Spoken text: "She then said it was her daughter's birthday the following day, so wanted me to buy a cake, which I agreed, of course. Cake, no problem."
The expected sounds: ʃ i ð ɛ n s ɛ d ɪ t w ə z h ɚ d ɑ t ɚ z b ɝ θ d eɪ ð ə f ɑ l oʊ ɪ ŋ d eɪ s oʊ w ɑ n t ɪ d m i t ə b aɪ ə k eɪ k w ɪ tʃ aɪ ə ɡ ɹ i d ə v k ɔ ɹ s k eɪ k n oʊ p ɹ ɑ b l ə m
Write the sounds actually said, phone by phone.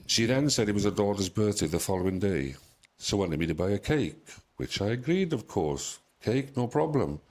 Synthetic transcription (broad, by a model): ʃ i ð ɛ n s ɛ d ɪ t w ə z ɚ d ɑ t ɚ z b ɝ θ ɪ ð ə f ɑ l oʊ ɪ ŋ d eɪ s oʊ w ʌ n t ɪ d m i t ə b aɪ ə k eɪ k w ɪ tʃ aɪ ə ɡ ɹ i d ə v k ɔ ɹ s k eɪ k n oʊ p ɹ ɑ b l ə m